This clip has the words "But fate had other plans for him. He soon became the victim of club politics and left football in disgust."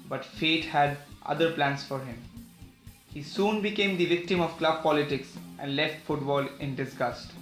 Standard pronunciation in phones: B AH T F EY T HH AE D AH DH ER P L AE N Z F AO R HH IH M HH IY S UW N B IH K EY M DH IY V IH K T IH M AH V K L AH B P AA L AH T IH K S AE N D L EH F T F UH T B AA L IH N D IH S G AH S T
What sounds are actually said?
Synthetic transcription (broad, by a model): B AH T F EY T HH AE D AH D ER P L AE N S F AO R HH IH M HH IY S UW N B IH K EY M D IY V IH K T IH M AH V K L AH B P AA L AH T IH K S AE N D L EH F T F UH T B AA L IH N D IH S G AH S T